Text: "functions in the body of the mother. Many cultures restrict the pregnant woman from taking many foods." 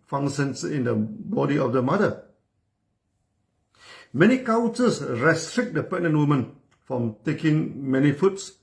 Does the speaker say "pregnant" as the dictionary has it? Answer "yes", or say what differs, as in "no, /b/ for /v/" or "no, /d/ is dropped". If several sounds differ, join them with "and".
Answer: no, /ɹ/ is dropped